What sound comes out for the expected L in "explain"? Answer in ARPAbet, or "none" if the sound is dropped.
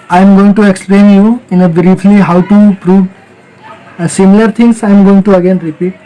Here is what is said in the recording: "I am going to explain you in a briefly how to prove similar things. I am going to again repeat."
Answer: L